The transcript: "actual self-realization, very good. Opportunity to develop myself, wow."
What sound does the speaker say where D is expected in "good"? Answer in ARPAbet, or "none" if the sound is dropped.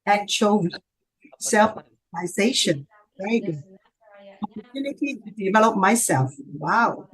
none